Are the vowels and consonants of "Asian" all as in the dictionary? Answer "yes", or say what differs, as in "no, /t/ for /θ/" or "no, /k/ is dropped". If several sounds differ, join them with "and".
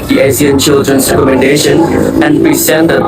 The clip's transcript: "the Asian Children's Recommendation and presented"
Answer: no, /s/ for /ʒ/